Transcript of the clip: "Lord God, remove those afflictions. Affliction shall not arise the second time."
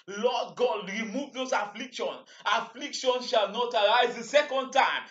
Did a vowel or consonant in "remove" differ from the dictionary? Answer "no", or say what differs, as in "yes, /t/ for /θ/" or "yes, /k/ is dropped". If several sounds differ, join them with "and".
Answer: no